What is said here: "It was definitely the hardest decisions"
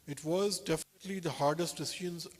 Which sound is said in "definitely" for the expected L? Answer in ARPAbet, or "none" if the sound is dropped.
L